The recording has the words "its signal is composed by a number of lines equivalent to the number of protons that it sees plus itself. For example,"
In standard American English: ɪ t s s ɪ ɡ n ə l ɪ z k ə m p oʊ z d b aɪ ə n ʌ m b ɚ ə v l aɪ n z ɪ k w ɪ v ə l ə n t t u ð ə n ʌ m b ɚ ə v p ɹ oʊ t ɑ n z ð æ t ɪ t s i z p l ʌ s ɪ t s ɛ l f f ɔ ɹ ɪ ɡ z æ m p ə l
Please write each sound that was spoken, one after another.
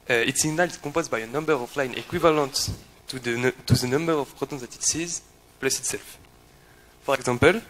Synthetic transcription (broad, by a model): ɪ t s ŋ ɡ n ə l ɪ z k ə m p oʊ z b aɪ ə n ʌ m b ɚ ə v l aɪ n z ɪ k w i v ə l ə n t t u ð ə n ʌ m b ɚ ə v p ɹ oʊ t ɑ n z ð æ t ɪ t s i z p l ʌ s ɪ t s ɛ l f f ɔ ɹ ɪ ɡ z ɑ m p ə l